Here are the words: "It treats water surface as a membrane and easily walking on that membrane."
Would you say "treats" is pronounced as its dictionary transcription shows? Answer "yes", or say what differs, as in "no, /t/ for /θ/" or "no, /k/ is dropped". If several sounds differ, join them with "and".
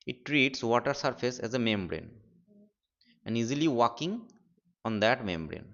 yes